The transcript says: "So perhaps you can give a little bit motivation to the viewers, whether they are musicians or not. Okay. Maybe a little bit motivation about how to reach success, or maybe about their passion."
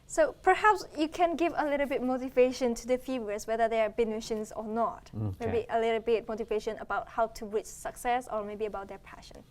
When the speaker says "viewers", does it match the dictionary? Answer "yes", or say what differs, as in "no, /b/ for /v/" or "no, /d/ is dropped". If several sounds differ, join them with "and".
no, /f/ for /v/